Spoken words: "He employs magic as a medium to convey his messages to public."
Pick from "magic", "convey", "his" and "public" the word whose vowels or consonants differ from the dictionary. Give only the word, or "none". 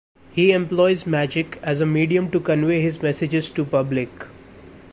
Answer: none